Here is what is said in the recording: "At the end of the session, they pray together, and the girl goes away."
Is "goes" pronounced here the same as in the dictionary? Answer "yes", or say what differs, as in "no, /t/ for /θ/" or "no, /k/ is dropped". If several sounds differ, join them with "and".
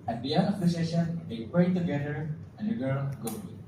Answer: no, /z/ is dropped